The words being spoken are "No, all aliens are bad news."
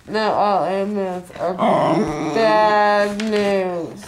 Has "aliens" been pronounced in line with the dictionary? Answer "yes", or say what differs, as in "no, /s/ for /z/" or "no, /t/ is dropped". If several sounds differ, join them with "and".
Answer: no, /n/ is dropped